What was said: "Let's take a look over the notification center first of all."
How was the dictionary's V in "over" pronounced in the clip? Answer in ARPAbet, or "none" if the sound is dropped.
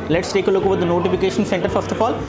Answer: V